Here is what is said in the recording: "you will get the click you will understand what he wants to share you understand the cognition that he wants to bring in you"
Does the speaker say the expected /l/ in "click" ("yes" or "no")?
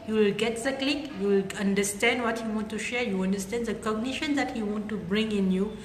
yes